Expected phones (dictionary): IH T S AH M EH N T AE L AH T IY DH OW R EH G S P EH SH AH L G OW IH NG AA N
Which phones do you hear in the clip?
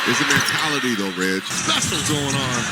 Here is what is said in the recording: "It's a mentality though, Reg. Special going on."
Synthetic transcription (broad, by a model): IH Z AH M EH N T AE L AH T IY DH OW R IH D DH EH S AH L G OW IH NG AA N